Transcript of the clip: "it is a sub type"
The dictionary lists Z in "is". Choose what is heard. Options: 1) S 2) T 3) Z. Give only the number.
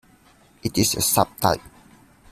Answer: 1